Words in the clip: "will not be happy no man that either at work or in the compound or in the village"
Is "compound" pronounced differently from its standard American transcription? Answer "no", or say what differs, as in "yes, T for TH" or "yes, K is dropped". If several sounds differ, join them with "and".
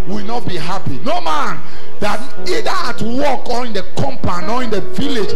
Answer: yes, D is dropped